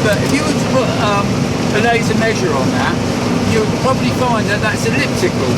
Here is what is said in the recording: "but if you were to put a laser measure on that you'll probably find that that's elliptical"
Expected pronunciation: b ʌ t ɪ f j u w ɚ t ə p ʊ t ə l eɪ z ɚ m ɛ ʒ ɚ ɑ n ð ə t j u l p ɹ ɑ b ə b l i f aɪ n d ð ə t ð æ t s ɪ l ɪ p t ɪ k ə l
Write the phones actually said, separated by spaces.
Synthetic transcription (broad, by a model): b ʌ t ɪ f j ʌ w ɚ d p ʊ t ə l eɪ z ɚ m ɛ ʒ ɚ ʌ n ð ə t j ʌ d p ɹ ɑ b ə b l i f aɪ n ð ə t ð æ t s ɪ l ɪ p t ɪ k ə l